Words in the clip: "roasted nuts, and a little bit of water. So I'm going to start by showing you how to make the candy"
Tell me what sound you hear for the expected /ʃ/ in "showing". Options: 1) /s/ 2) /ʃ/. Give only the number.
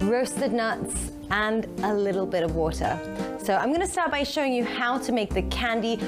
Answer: 2